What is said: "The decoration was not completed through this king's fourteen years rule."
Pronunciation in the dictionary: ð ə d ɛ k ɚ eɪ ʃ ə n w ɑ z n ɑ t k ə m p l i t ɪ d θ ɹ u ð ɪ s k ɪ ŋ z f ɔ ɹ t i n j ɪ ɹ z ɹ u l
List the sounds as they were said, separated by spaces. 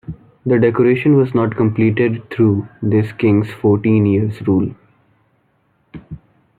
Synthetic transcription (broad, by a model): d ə d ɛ k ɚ eɪ ʃ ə n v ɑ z n ɑ t k ə m p l i t ɪ d t ɹ u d ɪ s k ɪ ŋ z f ɔ ɹ t i n j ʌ ɹ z ɹ u l